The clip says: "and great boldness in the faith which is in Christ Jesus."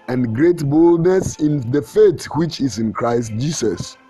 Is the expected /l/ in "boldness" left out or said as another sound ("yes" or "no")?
no